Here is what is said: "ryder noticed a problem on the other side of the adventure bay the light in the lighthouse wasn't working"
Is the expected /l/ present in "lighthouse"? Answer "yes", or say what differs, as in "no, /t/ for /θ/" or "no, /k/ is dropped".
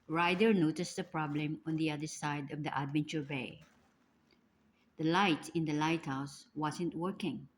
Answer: yes